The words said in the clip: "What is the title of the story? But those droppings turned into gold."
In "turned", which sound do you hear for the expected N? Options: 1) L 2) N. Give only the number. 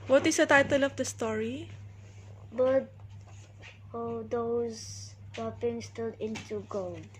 1